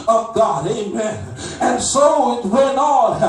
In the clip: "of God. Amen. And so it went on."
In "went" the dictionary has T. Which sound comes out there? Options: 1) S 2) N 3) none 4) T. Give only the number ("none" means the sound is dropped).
3